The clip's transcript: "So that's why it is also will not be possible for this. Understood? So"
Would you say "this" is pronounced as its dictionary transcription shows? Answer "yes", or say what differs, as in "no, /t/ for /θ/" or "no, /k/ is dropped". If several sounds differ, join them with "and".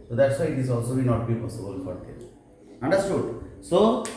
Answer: no, /s/ is dropped